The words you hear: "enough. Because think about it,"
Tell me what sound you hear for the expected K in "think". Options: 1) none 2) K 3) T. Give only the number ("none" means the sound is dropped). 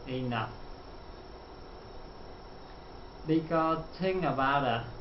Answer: 1